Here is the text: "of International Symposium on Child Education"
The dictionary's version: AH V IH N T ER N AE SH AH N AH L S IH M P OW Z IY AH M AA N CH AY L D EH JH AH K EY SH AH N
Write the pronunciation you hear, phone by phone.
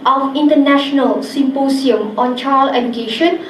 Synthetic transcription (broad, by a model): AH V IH N T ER N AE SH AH N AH L S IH M P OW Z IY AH M AA N CH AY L EH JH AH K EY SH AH N